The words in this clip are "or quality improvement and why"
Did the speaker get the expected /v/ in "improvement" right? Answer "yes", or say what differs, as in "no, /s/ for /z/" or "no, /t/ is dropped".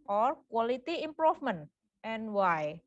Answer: no, /f/ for /v/